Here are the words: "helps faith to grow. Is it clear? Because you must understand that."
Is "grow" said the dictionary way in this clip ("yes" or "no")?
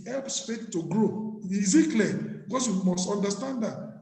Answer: yes